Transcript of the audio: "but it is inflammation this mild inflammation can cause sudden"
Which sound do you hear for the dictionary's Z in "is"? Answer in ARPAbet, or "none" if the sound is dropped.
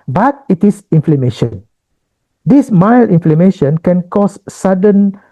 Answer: S